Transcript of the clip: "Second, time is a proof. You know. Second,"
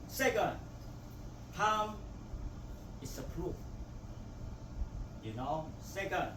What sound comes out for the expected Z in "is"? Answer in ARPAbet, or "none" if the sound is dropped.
S